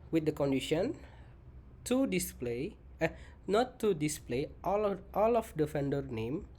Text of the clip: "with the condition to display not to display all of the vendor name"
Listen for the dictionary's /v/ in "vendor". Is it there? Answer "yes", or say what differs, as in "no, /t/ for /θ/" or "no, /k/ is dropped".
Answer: no, /f/ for /v/